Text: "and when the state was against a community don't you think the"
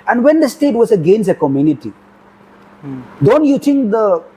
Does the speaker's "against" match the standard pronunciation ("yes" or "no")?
no